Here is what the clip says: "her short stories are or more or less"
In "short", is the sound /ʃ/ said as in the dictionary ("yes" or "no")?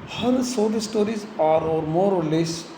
no